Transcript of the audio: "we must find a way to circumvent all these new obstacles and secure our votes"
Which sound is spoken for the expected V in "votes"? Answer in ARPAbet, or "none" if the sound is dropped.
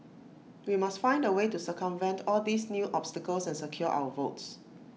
V